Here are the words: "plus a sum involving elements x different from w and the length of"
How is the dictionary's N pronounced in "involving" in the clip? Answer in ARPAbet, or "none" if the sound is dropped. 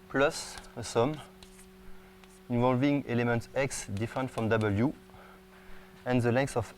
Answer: N